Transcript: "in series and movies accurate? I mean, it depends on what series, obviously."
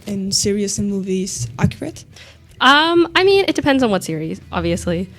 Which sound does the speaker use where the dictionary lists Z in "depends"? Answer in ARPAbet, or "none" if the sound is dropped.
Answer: Z